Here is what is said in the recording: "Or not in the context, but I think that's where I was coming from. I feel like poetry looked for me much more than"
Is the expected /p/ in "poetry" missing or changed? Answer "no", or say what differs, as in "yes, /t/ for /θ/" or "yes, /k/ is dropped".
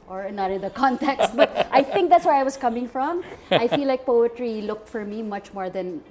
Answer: no